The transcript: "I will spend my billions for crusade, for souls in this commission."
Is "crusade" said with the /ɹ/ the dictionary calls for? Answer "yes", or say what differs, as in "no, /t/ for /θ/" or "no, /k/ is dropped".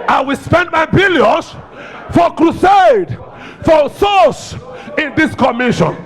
yes